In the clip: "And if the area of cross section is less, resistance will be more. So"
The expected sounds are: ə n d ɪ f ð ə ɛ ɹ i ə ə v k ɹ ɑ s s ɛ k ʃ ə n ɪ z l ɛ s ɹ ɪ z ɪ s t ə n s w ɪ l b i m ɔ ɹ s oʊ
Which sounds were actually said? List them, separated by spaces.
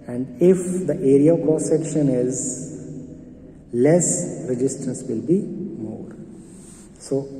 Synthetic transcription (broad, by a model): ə n d ɪ f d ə ɛ ɹ i ə ə v k ɑ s s ɛ k ʃ ə n ɪ z l ɛ s ɹ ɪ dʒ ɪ s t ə n s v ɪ l b i m ɔ ɹ s oʊ